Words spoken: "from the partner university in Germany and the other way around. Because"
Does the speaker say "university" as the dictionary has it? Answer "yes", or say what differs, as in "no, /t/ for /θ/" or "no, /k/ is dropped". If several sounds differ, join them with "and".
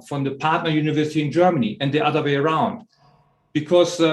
yes